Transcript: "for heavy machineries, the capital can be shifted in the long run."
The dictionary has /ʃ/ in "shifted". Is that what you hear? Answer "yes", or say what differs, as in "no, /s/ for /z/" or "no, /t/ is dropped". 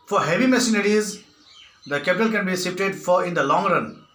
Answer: no, /s/ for /ʃ/